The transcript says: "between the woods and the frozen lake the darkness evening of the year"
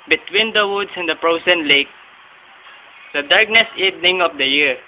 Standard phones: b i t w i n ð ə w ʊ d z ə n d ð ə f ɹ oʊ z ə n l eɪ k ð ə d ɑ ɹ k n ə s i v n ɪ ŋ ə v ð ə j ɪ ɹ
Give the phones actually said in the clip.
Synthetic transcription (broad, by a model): b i t w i n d ə w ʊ d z ə n d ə p ɹ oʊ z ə n l eɪ k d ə d ɑ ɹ k n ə s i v n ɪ ŋ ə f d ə j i